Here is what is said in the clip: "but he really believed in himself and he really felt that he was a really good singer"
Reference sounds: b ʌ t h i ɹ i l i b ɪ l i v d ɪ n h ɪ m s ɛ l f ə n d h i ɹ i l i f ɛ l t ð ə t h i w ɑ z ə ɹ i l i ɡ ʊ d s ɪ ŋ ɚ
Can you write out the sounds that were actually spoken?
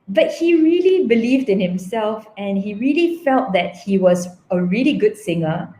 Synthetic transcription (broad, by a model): b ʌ t h i ɹ i l i b ɪ l i v d ɪ n h ɪ m s ɛ l f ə n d h i ɹ i l i f ɛ l t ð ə t h i w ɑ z ə ɹ i l i ɡ ʊ d s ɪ ŋ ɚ